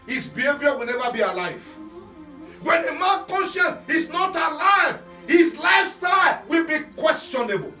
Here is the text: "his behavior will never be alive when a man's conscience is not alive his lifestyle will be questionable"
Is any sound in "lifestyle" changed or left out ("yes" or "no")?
no